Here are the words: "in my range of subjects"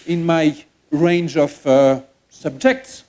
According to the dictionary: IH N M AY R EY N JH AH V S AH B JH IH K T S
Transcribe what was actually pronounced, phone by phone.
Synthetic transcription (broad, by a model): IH N M AY R EY N JH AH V S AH B JH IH K T S